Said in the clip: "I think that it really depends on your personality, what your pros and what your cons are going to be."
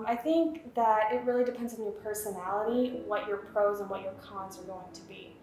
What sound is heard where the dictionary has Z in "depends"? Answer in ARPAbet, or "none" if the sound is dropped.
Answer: Z